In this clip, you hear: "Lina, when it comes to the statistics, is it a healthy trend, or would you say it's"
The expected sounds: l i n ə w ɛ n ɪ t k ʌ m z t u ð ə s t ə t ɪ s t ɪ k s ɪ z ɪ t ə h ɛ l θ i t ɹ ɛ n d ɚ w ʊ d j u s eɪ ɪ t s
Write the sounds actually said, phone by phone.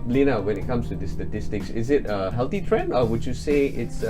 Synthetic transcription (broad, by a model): l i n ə w ɛ n ɪ t k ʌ m s t u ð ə s t ə t ɪ s t ɪ k s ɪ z ɪ t ə h ɛ l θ i t ɹ ɛ n d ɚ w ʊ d j u s eɪ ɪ t s